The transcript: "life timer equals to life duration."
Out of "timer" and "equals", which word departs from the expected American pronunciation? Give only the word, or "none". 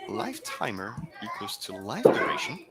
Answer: equals